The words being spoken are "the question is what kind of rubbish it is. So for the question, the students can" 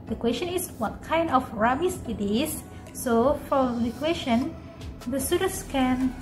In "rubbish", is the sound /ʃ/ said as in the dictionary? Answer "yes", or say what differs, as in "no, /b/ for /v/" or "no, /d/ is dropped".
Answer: no, /s/ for /ʃ/